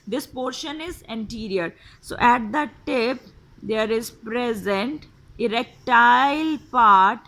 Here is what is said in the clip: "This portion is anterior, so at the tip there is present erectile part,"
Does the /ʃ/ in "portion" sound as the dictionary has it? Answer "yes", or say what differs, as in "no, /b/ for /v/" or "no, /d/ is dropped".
yes